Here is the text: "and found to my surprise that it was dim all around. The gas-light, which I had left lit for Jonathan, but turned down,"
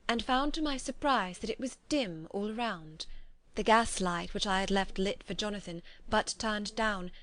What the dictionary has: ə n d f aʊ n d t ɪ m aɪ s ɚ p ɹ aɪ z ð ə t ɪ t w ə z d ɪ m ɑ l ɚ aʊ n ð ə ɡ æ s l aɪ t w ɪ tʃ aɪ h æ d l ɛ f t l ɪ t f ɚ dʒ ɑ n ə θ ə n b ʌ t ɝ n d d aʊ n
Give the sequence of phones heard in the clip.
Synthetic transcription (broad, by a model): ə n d f aʊ n t ɪ m aɪ s ɚ p ɹ aɪ z ð ə t ɪ t w ə z d ɪ m ɑ l ɚ aʊ n ð ə ɡ æ s l aɪ t w ɪ tʃ aɪ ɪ d l ɛ f t l ɪ t f ɚ dʒ ɑ n ə θ ə n b ʌ t ɝ n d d aʊ n